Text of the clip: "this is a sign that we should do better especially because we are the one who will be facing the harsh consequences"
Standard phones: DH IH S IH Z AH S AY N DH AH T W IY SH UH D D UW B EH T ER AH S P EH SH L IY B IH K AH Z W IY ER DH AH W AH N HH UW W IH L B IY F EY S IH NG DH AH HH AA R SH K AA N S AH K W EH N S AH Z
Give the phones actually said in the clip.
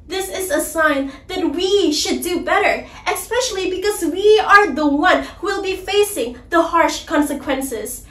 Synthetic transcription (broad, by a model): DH IH S IH Z AH S AY N DH AH T W IY SH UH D D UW B EH T ER AH S P EH SH L IY B IH K AH Z W IY ER DH AH W AH N HH UW W IH L B IY F EY S IH NG DH AH HH AA R SH K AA N S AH K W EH N S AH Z